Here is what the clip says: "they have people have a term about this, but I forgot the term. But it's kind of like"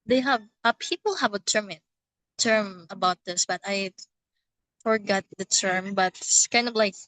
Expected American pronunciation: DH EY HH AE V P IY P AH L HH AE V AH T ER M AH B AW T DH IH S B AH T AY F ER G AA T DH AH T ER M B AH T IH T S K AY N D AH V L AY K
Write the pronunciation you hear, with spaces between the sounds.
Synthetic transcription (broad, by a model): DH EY HH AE V P IY P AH L HH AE V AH T ER M AH B AW T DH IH S B AH T AY F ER G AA T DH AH T ER M B AH T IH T S K AY N D AH V L AY K